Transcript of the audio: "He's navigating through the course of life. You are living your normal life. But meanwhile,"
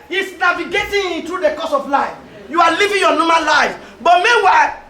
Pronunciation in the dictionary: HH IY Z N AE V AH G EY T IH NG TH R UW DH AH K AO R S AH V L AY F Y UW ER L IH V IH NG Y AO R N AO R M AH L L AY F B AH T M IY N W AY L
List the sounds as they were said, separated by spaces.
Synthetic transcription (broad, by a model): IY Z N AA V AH G EY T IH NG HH R UW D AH K AO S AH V L AY F Y UW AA L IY V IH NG Y AO N AO M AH N L AY F B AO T M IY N W AY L